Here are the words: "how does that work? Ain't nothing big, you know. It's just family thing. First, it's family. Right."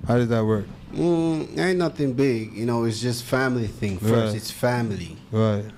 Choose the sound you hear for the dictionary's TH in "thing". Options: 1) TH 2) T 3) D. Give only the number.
1